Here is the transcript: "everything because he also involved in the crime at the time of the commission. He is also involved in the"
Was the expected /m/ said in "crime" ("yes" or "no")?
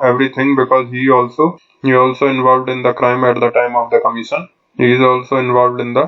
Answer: yes